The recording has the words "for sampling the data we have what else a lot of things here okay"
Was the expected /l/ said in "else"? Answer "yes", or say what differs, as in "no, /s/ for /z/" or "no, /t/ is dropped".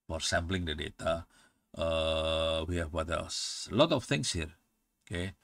no, /l/ is dropped